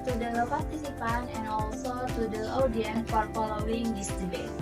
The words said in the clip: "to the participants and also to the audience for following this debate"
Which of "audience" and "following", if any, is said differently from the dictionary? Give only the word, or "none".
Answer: audience